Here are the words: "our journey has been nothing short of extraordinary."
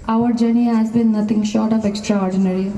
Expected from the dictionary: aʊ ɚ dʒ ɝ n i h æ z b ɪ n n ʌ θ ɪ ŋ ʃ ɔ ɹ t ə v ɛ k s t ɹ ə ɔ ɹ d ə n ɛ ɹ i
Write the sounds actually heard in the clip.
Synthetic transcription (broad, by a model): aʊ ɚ dʒ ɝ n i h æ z b ɪ n n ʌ t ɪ ŋ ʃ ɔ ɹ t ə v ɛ k s t ɹ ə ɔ ɹ d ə n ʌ ɹ i